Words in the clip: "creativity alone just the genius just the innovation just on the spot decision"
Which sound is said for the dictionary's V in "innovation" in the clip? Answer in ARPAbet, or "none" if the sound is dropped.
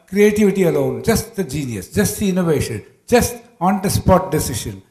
V